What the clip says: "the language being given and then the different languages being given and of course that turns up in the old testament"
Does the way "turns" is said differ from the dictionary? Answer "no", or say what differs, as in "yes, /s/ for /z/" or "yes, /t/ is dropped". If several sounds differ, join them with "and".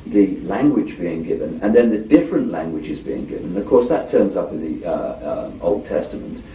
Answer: no